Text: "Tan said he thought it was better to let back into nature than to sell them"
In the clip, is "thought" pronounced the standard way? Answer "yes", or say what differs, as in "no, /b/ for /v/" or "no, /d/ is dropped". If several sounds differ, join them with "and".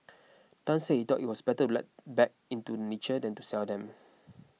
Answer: no, /t/ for /θ/